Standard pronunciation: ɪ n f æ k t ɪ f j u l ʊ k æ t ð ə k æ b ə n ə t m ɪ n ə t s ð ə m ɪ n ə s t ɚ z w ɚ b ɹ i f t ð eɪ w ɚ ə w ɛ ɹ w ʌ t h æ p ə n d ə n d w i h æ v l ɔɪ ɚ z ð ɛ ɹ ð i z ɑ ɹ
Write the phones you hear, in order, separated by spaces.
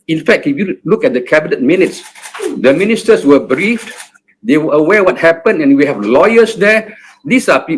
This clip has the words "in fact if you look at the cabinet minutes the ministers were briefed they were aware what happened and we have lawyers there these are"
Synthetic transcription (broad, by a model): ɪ n f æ k t ɪ f j u l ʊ k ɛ t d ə k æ b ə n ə t m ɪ n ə t s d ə m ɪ n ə s t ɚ s w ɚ b ɹ i f t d eɪ w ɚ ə w ɛ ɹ w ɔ t h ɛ p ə n ə n w i h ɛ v l ɔɪ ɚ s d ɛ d i s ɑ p